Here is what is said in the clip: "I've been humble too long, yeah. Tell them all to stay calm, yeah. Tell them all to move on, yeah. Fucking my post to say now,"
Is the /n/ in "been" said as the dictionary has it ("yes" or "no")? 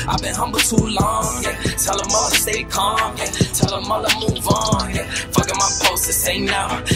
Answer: yes